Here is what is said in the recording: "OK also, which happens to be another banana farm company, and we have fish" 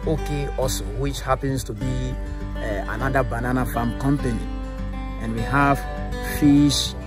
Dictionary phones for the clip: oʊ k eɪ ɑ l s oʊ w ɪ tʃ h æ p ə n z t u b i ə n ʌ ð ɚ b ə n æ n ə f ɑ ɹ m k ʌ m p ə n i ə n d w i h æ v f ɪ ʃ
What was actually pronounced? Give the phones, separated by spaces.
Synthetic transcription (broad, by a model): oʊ k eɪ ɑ s w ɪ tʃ h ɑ p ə n s t u b i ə n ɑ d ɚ b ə n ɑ n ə f ɑ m k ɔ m p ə n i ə n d w i h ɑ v f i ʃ